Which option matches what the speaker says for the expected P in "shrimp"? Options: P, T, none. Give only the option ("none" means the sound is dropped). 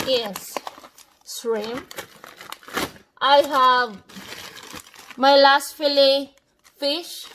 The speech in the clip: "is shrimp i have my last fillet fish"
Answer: none